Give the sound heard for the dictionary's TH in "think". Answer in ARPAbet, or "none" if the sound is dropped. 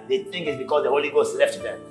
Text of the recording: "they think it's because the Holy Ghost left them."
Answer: T